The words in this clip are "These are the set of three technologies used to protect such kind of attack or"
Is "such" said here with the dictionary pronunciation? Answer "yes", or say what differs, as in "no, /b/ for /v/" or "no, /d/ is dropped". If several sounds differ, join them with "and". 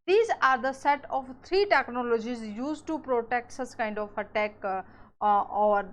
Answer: no, /s/ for /tʃ/